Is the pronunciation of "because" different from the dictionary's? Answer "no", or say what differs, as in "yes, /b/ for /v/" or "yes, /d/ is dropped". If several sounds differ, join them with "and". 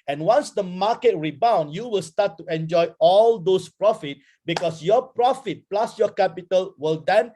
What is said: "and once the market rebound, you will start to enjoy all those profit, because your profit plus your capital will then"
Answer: yes, /s/ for /z/